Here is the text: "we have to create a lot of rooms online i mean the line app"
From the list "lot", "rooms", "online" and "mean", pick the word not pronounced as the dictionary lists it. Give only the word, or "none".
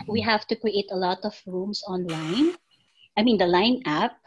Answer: rooms